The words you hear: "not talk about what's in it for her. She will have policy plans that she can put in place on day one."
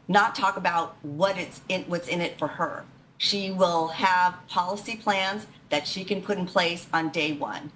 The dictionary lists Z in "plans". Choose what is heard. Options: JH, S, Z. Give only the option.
Z